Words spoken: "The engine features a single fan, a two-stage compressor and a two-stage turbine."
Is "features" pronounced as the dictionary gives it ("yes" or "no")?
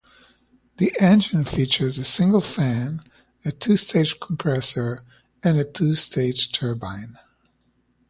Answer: yes